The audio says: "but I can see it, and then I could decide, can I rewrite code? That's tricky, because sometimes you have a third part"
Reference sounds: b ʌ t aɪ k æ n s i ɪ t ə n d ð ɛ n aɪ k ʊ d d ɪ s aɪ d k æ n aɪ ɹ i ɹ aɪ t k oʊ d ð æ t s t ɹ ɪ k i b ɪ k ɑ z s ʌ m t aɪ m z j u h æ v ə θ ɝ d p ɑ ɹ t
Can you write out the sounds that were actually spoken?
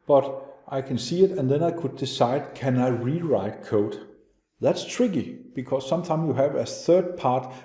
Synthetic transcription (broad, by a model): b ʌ t aɪ k æ n s i ɪ t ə n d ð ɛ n aɪ k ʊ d d ɪ s aɪ d k æ n aɪ ɹ i ɹ aɪ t k oʊ d ð æ t s t ɹ ɪ k i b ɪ k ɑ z s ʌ m t aɪ m j u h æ v ə θ ɝ d p ɑ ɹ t